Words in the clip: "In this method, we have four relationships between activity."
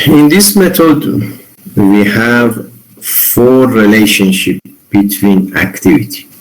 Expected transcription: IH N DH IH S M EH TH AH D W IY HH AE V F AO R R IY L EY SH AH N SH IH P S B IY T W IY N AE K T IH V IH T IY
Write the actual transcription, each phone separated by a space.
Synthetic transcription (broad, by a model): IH N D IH S M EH T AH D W IY HH AE V F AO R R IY L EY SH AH N SH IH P B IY T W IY N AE K T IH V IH T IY